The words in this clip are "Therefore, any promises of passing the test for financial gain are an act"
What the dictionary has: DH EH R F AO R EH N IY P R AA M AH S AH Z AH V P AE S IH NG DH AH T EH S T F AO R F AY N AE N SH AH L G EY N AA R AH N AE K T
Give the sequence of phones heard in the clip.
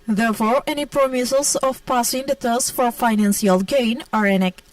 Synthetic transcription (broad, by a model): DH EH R F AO R EH N IY P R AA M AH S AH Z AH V P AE S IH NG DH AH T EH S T F AO R F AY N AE N S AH L G EY N AA R AH N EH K